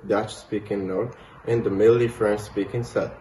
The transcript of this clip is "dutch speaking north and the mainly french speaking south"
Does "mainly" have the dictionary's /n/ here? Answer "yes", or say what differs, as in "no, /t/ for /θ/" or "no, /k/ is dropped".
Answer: no, /n/ is dropped